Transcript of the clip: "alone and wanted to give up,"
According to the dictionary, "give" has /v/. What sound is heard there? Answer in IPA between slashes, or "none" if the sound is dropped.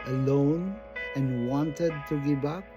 /b/